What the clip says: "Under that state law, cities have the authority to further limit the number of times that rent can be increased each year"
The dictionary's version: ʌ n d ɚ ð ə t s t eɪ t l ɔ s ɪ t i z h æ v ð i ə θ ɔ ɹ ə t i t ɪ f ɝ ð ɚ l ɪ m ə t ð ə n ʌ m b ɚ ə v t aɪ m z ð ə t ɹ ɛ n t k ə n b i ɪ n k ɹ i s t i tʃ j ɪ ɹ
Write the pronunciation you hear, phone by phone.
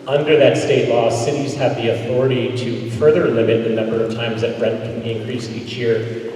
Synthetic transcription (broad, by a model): ʌ n d ɚ ð ə t s t eɪ t l ɔ s ɪ t i z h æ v ð i ə θ ɔ ɹ ə t i t ɪ f ɝ ð ɚ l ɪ m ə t ð ə n ʌ m b ɚ ə v t aɪ m z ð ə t ɹ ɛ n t k ə n b i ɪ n k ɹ i s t i tʃ j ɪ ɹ